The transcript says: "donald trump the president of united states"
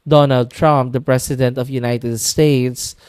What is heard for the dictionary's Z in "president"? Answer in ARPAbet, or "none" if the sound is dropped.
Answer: S